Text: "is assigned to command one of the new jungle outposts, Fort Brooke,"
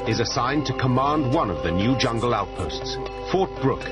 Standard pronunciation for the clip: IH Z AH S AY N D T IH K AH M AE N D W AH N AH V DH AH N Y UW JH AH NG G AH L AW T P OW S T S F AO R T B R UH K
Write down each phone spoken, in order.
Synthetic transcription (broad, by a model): IH Z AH S AY N T IH K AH M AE N D W AH N AH V DH AH N Y UW JH AH NG G AH L AW T P OW S T S F AO R T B R UH K